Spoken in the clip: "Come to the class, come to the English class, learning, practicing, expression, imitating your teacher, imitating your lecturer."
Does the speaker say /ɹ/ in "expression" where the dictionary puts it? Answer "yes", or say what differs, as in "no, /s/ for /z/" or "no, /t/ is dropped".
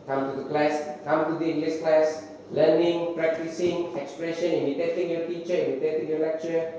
yes